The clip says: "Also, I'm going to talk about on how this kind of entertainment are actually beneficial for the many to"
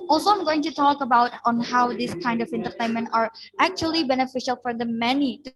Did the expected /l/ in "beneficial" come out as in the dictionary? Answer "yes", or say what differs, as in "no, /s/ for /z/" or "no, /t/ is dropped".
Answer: yes